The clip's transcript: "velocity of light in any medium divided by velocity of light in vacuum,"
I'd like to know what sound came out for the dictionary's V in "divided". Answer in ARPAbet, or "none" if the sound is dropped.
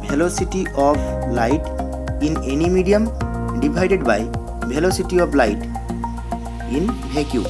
B